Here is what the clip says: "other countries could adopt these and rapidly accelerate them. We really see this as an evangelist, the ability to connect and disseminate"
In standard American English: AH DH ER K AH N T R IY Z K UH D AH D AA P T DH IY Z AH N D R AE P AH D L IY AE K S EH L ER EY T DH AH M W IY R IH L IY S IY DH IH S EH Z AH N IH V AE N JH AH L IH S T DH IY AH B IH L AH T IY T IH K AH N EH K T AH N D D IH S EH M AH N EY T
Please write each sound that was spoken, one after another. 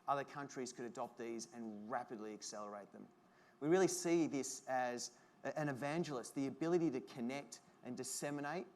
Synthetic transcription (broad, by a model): AH DH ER K AH N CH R IY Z K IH D AH D AA P T DH IY Z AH N R AE P AH D L IY AE K S EH L ER EY T DH AH M W IY R IH L IY S IY DH IH S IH Z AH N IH V AE N JH L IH S T DH IY AH B IH L AH T IY T IH K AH N EH K T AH N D D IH S EH M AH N EY T